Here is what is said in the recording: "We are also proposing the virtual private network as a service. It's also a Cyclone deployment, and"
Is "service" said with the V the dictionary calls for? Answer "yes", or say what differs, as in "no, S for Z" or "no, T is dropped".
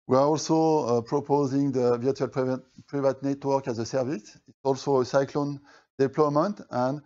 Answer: yes